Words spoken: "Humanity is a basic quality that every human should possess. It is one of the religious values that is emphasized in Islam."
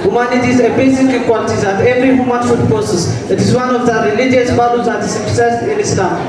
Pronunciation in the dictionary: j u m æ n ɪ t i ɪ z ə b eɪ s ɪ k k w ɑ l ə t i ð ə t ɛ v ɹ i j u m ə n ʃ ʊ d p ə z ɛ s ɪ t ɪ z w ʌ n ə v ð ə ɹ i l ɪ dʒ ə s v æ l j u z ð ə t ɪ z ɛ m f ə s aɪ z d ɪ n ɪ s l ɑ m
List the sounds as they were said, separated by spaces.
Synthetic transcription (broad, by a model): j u m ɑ n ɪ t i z ə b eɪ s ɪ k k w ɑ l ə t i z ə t ɛ v ɹ i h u m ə n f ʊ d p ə s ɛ s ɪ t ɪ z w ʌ n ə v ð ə ɹ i l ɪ dʒ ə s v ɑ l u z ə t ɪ s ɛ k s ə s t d ɪ n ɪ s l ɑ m